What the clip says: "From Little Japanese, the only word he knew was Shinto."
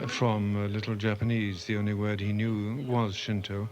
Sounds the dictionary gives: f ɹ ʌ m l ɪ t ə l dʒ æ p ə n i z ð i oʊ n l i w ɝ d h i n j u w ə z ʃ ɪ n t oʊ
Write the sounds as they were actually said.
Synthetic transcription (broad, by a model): f ɹ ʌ m l ɪ t l dʒ æ p ə n i z ð i oʊ n l i w ɝ d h i n j u w ə z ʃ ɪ n t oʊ